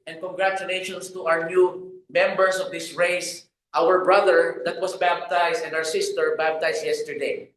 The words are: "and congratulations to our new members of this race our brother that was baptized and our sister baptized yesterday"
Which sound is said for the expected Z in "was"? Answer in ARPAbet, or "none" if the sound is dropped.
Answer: S